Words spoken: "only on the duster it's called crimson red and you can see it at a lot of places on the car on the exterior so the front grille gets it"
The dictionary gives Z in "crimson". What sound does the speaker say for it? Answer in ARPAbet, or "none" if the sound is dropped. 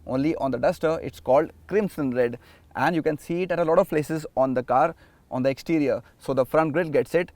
S